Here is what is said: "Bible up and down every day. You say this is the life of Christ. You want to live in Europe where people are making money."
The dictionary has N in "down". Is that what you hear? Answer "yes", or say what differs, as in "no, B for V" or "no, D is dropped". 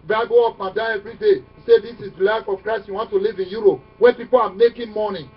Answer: no, N is dropped